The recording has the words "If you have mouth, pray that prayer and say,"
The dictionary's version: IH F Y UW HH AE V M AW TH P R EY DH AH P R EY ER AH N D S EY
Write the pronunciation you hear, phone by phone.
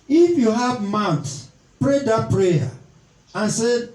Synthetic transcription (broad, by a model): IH F Y UW HH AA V M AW S P R EY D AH P R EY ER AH N S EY